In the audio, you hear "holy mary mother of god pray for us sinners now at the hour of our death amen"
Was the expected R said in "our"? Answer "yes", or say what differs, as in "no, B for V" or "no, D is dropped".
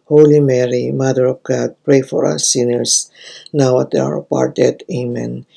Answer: yes